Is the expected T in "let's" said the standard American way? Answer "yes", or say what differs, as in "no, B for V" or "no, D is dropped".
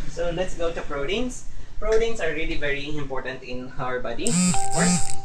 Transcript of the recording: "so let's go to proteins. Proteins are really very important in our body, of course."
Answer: yes